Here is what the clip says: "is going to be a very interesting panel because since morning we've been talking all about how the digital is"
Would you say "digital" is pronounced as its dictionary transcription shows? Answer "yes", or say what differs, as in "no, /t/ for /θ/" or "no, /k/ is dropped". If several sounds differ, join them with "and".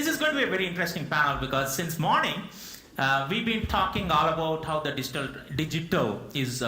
yes